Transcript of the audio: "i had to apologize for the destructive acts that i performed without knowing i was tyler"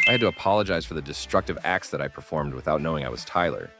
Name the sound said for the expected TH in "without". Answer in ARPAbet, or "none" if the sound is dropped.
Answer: TH